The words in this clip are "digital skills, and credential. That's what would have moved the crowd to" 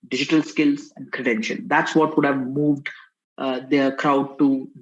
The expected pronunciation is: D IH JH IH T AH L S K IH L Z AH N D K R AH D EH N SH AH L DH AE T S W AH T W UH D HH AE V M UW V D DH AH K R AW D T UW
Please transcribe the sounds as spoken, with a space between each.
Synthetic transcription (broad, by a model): D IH JH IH T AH L S K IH L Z AH N D K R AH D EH N SH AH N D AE T S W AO T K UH D HH AE V M UW V D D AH K R AW D T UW